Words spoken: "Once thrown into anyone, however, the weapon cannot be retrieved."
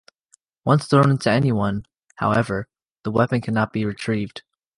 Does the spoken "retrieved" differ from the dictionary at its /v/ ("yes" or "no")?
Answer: no